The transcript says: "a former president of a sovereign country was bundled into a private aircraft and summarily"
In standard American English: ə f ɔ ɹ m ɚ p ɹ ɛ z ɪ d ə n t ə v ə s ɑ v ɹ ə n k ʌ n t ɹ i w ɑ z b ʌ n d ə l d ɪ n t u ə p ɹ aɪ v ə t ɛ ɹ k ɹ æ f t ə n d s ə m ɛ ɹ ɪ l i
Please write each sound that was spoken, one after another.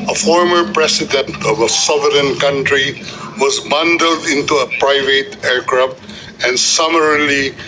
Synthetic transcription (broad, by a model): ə f ɔ ɹ m ɚ p ɹ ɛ s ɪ d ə n t ə v ə s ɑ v ɹ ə n k ʌ n t ɹ i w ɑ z b ʌ n d ə l d ɪ n t u ə p ɹ aɪ v ə t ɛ ɹ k ɹ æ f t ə n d s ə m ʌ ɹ l i